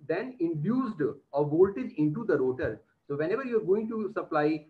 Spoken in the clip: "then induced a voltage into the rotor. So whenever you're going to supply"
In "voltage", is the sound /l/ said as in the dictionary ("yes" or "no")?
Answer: yes